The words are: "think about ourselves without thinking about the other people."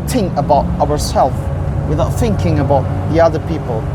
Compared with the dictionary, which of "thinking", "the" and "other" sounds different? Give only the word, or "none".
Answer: none